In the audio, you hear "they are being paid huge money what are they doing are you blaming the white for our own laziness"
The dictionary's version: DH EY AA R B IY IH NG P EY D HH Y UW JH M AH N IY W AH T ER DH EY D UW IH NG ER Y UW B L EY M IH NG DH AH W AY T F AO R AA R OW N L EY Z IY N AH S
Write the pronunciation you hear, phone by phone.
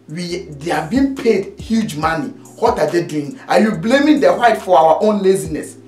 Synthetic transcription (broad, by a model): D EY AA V B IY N P EY D HH Y UW JH M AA N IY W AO T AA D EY D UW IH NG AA Y UW B L EY M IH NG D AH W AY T F AO W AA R OW N L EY Z IY N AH S